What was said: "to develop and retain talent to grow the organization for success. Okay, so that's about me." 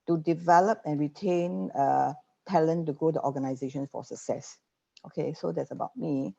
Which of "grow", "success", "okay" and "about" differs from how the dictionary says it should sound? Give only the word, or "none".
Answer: grow